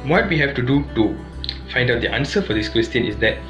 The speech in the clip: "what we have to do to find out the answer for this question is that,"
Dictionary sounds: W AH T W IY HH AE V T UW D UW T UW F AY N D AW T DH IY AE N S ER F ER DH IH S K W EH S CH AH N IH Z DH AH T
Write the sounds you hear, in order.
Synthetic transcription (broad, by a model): W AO T W IY HH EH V T UW D UW T UW F AY N D AW T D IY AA N S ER F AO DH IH S K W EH S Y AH N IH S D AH T